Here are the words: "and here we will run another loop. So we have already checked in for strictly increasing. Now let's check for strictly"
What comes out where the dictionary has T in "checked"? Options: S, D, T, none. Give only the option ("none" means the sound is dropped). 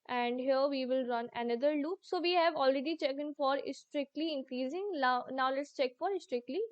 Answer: none